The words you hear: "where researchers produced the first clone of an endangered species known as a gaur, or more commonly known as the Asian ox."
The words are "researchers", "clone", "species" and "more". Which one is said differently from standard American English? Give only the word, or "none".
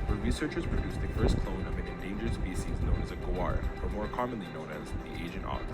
species